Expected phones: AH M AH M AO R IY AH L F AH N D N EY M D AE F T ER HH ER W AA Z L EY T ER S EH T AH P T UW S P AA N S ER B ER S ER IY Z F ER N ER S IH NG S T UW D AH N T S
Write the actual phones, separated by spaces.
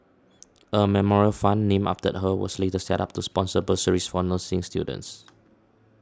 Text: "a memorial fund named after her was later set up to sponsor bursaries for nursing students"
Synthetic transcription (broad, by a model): AH M AH M AO R IY AH L F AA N N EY M AA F T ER HH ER W AA S L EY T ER S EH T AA P T UW S P AA N S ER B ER S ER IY S F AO N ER S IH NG S T UW D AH N T S